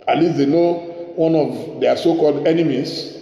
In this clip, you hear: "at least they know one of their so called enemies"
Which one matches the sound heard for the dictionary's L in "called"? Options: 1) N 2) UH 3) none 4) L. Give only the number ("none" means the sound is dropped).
4